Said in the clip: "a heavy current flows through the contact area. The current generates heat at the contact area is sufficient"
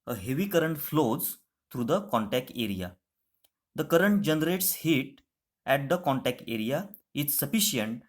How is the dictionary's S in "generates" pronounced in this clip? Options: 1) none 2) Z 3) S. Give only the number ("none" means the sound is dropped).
3